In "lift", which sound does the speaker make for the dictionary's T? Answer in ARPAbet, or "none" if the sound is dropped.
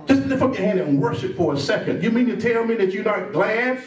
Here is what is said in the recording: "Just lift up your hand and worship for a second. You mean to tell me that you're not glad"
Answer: none